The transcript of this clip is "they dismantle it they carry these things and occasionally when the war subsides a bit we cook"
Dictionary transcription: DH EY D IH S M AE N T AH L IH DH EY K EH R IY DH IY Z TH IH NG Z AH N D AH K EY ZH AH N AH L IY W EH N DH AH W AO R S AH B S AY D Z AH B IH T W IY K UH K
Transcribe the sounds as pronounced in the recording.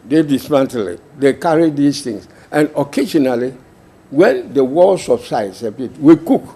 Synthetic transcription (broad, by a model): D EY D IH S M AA N T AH L IH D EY K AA R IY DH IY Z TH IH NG S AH N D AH K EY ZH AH N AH L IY W EH N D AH W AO L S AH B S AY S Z AH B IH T W IY K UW K